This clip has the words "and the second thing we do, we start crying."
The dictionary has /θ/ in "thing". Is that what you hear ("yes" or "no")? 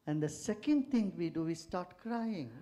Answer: no